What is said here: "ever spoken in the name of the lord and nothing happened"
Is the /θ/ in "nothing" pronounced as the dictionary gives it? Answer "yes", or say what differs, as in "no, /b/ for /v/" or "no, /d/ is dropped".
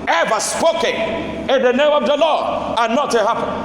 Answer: no, /t/ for /θ/